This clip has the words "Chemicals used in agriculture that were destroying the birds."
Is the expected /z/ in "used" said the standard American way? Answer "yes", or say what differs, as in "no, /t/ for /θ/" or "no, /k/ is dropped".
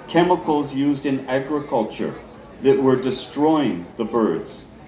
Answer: yes